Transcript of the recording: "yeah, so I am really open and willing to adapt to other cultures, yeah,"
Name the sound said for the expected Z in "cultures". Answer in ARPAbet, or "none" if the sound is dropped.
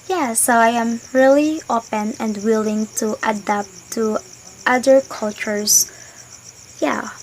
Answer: S